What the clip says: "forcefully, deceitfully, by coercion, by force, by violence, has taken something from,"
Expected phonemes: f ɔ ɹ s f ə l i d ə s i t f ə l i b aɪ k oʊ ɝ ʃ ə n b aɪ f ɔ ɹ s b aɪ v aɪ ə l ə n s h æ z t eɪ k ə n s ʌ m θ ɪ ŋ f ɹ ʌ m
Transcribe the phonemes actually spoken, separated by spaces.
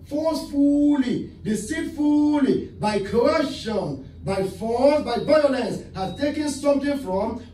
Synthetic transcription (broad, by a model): f ɔ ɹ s f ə l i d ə s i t f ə l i b aɪ k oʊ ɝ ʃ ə n b aɪ f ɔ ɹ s b aɪ b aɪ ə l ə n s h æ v t eɪ k ə n s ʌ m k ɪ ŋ f ɹ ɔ m